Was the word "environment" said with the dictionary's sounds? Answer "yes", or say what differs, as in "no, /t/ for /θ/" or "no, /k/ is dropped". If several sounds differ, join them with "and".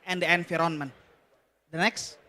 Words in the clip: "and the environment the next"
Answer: no, /f/ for /v/